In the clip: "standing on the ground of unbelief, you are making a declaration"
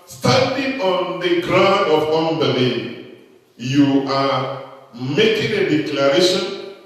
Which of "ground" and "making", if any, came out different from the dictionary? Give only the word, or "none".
none